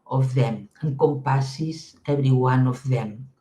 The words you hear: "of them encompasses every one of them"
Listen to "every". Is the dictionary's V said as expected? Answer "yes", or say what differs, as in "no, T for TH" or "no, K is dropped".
no, B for V